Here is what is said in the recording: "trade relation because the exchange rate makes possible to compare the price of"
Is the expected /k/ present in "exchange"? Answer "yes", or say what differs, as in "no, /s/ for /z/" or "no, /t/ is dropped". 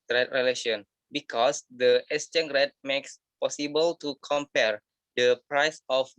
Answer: no, /k/ is dropped